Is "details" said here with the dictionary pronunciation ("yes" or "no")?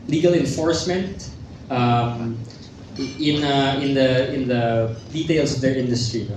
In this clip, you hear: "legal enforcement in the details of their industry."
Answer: no